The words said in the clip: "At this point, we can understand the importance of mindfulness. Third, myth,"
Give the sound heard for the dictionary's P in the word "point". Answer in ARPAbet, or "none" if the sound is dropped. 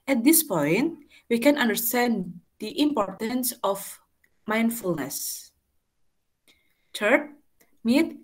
P